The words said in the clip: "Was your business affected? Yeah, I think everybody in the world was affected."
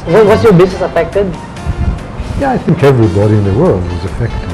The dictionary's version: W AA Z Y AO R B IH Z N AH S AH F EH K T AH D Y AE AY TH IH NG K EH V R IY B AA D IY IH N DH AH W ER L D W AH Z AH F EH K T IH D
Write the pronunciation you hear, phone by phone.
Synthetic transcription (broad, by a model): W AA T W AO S B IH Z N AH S AH F EH K T AH D Y AE AY TH IH NG K EH V R IY B AA D IY IH N DH AH W ER L D W AH Z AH F EH K T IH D